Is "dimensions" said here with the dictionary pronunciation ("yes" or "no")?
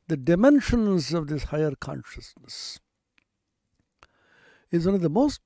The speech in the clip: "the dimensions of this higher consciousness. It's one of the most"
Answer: yes